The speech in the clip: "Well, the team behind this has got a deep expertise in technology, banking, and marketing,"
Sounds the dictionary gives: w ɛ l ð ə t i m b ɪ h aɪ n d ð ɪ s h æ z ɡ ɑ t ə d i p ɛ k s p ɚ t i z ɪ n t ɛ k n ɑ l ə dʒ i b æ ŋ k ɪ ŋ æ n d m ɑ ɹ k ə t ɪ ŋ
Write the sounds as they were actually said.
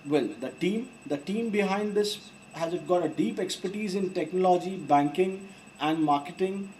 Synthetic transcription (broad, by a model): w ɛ l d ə t i m b ɪ h aɪ n d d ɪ s h æ z ɡ ɑ t ə d i p ɛ k s p ɚ t i z ɪ n t ɛ k n ɑ l ə dʒ i b æ ŋ k ɪ ŋ æ n d m ɑ ɹ k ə t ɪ ŋ